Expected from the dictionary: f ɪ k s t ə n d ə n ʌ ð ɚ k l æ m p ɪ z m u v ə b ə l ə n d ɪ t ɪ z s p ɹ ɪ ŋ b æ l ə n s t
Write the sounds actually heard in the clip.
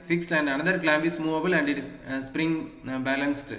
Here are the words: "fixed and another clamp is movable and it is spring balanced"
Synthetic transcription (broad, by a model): f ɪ k s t ə n d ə n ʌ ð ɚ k l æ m b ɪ s m u v ə b ə l ə n d ɪ t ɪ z s p ɹ ɪ ŋ b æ l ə n s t